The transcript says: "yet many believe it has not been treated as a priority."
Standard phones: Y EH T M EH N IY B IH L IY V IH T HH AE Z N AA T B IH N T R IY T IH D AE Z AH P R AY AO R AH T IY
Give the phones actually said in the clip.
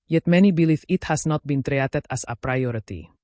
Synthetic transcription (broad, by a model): Y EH T M EH N IY B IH L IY F IH T HH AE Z N AA T B IH N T R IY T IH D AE S AH P R AY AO R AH T IY